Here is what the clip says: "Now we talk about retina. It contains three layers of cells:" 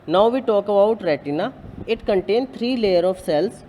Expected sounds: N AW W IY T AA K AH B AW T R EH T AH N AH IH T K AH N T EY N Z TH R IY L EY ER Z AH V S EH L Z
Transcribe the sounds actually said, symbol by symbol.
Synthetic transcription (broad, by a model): N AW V IY T AA K AH B AW T R EH T AH N AH IH T K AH N T EY N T R IY L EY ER AH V S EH L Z